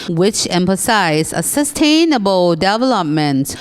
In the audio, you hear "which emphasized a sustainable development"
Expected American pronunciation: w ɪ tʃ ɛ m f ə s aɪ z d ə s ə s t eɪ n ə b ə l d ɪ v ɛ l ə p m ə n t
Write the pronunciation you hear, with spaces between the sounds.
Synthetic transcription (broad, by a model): w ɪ tʃ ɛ m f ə s aɪ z ə s ə s t eɪ n ə b ə l d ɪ v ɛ l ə p m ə n t